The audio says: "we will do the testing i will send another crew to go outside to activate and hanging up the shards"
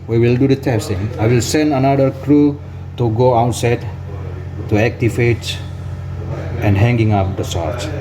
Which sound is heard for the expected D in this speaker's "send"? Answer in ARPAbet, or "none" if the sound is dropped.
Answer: D